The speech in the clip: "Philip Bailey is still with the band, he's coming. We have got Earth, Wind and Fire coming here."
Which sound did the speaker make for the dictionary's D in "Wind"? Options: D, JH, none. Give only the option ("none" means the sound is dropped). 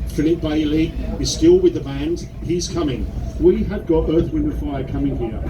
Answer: none